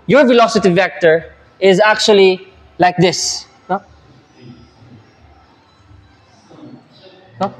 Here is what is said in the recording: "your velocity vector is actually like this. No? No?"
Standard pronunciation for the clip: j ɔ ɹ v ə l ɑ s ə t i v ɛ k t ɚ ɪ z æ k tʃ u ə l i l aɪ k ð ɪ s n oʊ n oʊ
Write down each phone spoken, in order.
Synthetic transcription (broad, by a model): j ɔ ɹ v ə l ɑ s ə t i v ɛ k t ɚ ɪ z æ k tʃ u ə l i l aɪ k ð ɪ s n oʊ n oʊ